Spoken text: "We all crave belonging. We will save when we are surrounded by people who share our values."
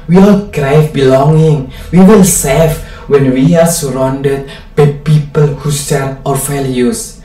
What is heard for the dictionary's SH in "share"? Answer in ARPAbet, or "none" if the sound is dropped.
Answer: S